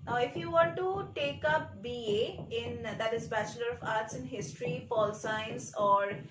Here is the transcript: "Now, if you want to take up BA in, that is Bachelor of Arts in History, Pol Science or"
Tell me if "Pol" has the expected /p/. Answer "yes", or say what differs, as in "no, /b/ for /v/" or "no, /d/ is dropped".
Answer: no, /f/ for /p/